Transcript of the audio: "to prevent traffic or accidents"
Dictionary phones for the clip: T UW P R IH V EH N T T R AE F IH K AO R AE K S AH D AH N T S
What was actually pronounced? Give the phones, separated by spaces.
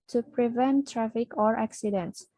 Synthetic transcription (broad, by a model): T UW P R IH V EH N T T R AE F IH K AO R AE K S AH D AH N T S